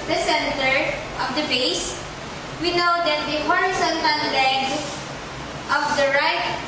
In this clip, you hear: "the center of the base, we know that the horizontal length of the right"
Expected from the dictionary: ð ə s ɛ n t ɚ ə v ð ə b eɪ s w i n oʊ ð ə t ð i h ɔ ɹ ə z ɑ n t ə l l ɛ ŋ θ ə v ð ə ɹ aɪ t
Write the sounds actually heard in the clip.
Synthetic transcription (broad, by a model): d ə s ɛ n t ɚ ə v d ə b eɪ s w i n oʊ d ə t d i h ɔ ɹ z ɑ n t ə n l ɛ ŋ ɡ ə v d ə ɹ aɪ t